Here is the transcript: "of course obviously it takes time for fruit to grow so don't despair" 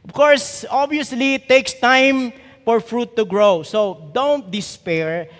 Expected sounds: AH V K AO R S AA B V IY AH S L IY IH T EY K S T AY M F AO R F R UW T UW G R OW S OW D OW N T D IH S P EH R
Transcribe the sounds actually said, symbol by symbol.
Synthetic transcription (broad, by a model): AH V K AO R S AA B IY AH S L IY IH T EY K S T AY M F AO R F R UW T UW G R OW S OW D OW N T D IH S P EH R